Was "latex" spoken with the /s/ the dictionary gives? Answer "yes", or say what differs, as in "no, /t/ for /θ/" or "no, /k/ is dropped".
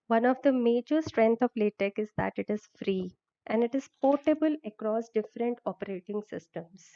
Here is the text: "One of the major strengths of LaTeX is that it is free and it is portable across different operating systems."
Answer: no, /s/ is dropped